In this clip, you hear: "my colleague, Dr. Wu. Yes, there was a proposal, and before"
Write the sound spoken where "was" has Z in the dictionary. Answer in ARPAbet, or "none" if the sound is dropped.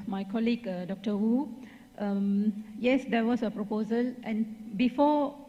S